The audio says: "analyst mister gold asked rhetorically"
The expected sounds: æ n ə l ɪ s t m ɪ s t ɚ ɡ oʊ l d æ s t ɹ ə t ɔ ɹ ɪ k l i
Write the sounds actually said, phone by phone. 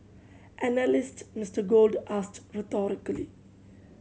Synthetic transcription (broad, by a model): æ n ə l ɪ s t m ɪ s t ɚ ɡ oʊ l d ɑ s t ɹ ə t ɔ ɹ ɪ k l i